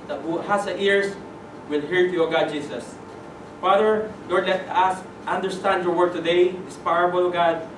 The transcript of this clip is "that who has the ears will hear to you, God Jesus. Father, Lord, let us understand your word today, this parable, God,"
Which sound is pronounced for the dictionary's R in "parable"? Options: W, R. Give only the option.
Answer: W